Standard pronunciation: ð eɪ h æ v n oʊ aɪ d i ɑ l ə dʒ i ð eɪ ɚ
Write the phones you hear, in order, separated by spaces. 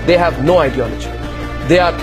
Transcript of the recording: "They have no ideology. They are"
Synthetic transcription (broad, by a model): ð eɪ h æ v n oʊ aɪ d i ɑ l ə dʒ i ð eɪ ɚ